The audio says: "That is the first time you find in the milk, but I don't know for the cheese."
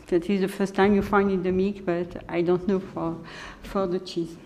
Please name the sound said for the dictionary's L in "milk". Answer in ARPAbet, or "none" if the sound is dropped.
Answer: none